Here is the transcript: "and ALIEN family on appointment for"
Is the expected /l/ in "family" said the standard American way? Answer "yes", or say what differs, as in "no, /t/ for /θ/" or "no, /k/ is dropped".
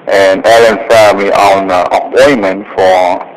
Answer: no, /l/ is dropped